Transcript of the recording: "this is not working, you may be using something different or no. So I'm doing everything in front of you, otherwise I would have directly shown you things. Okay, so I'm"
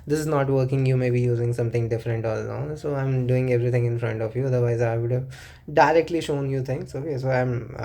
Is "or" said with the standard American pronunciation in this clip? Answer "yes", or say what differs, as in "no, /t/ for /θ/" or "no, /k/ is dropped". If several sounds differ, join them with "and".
no, /l/ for /ɹ/